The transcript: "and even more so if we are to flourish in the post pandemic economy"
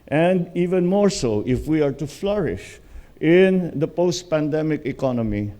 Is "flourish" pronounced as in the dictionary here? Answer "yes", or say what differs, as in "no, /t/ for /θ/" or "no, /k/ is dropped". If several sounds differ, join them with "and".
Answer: yes